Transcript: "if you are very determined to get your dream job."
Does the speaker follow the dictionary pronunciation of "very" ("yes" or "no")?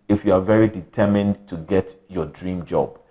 yes